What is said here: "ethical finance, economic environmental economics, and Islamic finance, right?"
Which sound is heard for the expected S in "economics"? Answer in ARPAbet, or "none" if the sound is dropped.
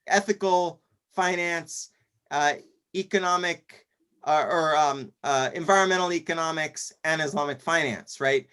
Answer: S